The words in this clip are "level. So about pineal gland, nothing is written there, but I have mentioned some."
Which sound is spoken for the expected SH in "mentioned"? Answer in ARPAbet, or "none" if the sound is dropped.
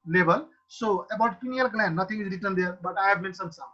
S